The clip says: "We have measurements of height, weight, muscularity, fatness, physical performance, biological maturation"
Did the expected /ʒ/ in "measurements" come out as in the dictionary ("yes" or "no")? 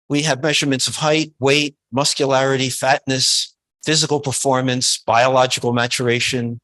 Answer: yes